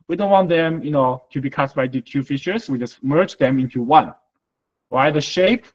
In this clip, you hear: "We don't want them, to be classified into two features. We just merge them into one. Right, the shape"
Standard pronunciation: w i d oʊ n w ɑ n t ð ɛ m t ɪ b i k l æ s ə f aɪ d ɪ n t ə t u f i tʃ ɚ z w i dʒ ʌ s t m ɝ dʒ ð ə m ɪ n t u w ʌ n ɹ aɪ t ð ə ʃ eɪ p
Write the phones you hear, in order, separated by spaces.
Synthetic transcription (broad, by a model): w i d oʊ n w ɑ n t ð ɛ m t ɪ b i k ɑ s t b aɪ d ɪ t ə t u f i ʃ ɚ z w i dʒ ʌ s t m ɝ dʒ ð ə m ɪ n t u w ʌ n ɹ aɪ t ð ə ʃ eɪ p